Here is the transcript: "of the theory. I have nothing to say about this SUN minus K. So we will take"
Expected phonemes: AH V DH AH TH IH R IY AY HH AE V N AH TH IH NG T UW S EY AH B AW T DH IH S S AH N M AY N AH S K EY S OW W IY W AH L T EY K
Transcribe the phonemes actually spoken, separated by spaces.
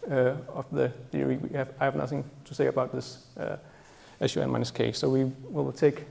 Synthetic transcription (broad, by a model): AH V DH AH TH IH R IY AY HH AE V N AH TH IH NG T UW S EY AH B AW T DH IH S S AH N M AY N AH S K EY S OW W IY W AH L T EY K